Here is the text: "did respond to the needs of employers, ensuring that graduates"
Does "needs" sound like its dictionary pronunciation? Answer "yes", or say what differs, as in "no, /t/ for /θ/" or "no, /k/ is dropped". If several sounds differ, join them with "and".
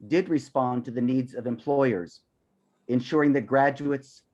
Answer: yes